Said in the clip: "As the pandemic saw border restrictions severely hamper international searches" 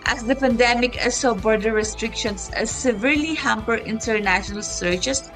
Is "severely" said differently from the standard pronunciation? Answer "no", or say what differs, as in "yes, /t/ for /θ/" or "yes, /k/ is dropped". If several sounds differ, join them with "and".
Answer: no